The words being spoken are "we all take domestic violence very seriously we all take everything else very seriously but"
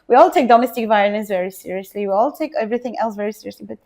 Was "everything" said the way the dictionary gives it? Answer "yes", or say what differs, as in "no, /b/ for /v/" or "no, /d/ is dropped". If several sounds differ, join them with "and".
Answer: yes